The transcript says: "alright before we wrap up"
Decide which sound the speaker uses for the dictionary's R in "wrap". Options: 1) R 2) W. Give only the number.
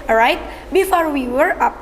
2